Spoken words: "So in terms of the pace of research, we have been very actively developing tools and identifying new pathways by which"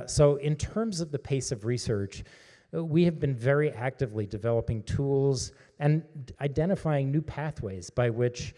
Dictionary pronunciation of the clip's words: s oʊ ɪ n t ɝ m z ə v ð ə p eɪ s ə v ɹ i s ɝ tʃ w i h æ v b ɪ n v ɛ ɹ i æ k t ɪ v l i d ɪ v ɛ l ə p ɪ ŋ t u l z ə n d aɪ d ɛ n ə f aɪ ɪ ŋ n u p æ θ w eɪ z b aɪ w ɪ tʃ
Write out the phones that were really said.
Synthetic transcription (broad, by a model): s oʊ ɪ n t ɝ m z ə v ð ə p eɪ s ə v ɹ i s ɝ tʃ w i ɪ v b ɪ n v ɛ ɹ i æ k t ɪ v l i d ɪ v ɛ l ə p ɪ ŋ t u l z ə n aɪ d ɛ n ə f aɪ ɪ ŋ n u p æ θ w eɪ z b aɪ w ɪ tʃ